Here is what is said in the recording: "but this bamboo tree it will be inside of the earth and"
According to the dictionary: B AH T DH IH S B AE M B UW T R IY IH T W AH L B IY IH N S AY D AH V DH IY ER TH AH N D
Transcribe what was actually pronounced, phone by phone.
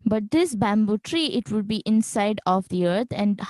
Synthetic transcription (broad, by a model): B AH T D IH S B AE M B UW T R IY IH T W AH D B IY IH N S AY D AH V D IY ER T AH N D